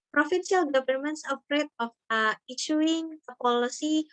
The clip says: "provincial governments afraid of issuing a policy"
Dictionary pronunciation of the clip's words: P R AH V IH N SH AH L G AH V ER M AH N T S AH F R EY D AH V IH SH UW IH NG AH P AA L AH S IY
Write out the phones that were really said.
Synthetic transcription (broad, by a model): P R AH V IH N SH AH L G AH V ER M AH N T S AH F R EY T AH F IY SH UW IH NG AH P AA L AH S IY